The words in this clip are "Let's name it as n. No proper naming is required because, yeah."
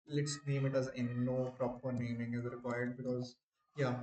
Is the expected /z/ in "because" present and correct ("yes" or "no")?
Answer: yes